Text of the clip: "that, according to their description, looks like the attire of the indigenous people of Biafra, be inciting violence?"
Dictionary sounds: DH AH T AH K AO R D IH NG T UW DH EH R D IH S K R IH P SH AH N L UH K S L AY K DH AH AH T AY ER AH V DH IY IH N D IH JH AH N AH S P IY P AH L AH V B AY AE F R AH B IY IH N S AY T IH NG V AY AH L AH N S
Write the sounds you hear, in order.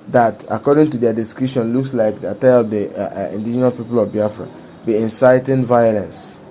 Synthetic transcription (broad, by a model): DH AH T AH K AO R D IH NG T UW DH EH D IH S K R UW SH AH N L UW K S L AY K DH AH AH T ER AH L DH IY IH N D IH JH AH N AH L P IY P AH L AH V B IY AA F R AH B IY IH N S AY T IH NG V AY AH L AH N S